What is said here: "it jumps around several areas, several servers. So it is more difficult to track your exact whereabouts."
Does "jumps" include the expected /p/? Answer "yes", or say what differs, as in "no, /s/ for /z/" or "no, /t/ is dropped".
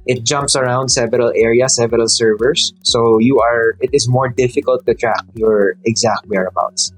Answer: yes